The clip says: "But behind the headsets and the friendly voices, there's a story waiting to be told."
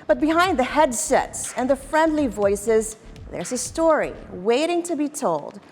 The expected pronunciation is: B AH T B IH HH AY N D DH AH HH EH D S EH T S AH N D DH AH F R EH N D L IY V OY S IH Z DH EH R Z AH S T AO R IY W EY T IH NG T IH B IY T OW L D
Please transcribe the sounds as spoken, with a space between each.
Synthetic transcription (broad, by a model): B AH T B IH HH AY N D DH AH HH EH D S EH T S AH N DH AH F R EH N D L IY V OY S IH Z DH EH R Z AH S T AO R IY W EY T IH NG T IH B IY T OW L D